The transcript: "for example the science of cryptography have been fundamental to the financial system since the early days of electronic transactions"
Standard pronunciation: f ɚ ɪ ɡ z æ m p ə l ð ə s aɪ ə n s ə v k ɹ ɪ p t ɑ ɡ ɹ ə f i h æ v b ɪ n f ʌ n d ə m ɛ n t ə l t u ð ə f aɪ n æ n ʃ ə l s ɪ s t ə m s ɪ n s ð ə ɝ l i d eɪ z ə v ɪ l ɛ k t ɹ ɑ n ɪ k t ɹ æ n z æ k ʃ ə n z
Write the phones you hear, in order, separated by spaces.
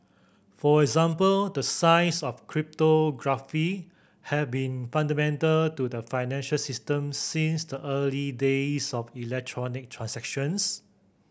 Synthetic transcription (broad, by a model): f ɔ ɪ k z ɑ m p ə l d ə s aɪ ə s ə f k ɹ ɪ p t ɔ ɡ ɹ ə f i h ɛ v b ɪ n f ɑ n d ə m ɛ n t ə l t u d ə f aɪ n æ n ʃ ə l s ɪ s t ə m s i n s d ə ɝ l i d eɪ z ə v ɪ l ɛ k t ɹ ɑ n ɪ k t ɹ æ n s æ k ʃ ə n s